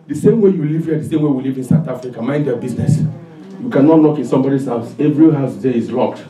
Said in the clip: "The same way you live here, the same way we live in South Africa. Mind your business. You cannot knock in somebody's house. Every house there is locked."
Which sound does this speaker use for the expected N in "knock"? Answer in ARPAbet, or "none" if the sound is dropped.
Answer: L